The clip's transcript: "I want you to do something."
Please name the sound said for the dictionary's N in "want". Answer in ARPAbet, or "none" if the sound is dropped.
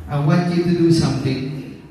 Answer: none